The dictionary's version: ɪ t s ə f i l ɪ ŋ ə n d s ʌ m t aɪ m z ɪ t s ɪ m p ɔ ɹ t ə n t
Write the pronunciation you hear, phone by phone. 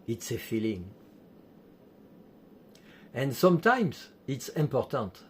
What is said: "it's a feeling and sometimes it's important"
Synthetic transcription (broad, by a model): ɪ t s ə f i l ɪ ŋ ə n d s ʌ m t aɪ m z ɪ t s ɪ m p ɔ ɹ t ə n t